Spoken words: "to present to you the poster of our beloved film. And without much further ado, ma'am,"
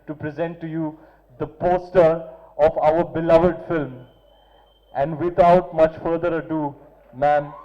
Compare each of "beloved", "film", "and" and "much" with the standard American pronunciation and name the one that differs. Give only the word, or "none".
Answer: none